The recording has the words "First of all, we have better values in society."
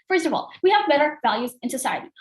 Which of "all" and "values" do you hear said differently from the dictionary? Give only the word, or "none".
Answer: none